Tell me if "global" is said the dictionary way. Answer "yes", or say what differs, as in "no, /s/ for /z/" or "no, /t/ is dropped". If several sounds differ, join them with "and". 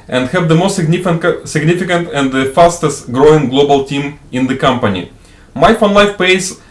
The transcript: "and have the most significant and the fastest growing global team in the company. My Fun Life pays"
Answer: yes